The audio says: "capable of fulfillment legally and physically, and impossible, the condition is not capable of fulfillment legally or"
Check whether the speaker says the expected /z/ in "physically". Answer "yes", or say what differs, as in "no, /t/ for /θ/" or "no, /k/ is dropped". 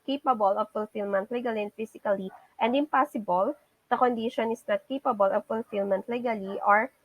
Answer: no, /s/ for /z/